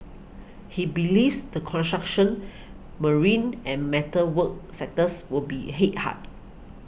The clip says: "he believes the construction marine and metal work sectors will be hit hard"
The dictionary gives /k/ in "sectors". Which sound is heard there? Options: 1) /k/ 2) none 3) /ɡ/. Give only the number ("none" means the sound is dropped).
2